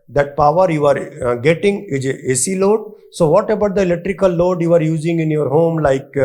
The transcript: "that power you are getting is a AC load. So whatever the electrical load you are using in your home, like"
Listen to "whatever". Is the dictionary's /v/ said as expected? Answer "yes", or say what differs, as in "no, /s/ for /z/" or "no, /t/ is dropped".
no, /b/ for /v/